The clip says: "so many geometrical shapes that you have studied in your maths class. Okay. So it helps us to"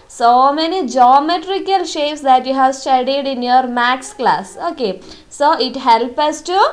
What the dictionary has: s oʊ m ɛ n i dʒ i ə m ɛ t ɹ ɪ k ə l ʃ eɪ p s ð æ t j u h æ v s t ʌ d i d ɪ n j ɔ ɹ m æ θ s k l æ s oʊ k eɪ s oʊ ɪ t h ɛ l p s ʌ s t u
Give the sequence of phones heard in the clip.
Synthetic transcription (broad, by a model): s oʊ m ɛ n i dʒ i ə m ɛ t ɹ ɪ k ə l ʃ eɪ p s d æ t j u h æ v s t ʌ d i d ɪ n j ɔ ɹ m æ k s k l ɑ s oʊ k eɪ s oʊ ɪ t h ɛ l p ʌ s t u